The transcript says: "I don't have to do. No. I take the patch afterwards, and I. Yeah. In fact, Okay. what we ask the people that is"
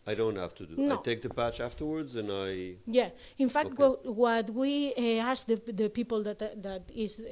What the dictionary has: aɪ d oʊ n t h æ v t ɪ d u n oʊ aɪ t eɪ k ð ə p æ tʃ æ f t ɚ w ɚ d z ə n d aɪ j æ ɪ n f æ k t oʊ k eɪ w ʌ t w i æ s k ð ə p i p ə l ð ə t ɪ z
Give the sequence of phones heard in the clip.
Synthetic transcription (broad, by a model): aɪ d oʊ n t h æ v t ɪ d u n oʊ t eɪ k ð ə p æ tʃ æ f t ɚ w ɚ d z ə n aɪ j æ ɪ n f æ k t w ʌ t w i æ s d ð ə p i p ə l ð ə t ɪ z